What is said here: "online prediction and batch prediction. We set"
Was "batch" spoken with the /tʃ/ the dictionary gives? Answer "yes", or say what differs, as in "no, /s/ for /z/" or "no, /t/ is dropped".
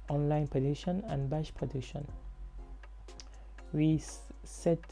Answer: no, /ʃ/ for /tʃ/